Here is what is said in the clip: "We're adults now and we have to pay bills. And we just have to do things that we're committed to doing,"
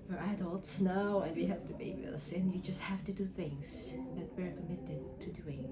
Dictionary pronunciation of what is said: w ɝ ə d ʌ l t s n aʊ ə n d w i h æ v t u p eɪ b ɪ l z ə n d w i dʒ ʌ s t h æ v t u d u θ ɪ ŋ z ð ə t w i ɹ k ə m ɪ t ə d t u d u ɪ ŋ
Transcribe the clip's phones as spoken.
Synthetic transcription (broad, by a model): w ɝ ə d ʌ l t s n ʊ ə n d w i h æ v t u b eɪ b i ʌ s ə n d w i dʒ ʌ s t h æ f t u d u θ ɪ ŋ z ð ə t w i ɹ k ə m ɪ t ə d t u d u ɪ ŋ